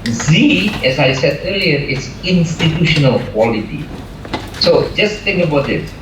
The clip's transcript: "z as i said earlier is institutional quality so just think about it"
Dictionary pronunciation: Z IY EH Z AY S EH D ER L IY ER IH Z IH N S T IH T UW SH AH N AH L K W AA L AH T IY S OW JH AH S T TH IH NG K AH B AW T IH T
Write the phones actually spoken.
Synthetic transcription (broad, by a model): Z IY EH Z AY S EH D ER L IY ER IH S IH N S T IH T UW SH AH N AH L K W AA L AH T IY S OW JH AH S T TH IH NG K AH B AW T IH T